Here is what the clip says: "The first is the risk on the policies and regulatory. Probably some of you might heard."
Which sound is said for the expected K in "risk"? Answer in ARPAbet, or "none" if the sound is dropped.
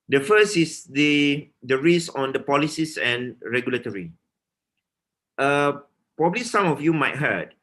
none